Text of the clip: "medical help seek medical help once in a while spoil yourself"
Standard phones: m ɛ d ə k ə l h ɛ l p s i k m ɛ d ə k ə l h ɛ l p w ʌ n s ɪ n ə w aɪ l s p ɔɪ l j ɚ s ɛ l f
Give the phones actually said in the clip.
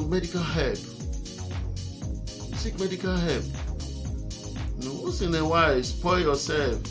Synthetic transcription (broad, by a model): m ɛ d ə k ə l h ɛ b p s i k m ɛ d ə k ə l h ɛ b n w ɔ s ɪ n ə w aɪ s p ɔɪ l j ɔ s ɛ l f